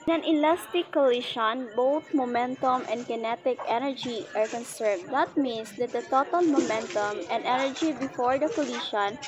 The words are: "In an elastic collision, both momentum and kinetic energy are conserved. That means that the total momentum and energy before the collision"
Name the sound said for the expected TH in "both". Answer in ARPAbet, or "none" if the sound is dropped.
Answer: T